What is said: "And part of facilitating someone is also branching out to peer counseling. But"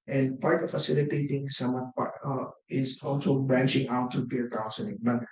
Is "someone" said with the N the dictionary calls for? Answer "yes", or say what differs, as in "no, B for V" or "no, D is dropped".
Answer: no, N is dropped